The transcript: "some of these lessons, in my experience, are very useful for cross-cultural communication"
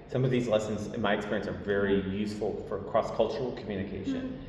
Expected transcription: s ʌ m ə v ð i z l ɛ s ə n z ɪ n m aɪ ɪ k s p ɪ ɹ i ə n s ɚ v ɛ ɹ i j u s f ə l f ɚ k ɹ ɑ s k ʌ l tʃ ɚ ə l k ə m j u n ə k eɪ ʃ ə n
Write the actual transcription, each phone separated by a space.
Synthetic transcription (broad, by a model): s ʌ m ə v ð i z l ɛ s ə n z ɪ n m aɪ ɪ k s p ɪ ɹ i ə n s ɚ v ɛ ɹ i j u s f l f ɚ k ɹ ɑ s k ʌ l tʃ ɚ l k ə m j u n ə k eɪ ʃ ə n